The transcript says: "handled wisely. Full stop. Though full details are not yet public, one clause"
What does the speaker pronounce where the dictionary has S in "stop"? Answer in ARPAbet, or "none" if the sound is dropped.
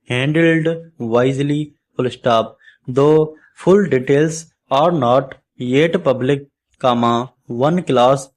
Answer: S